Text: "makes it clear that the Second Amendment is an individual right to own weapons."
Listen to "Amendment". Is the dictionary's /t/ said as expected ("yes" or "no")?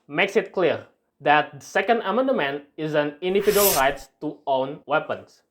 no